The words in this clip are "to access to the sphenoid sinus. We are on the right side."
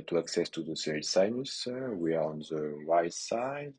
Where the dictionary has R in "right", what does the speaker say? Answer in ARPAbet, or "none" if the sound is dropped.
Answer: W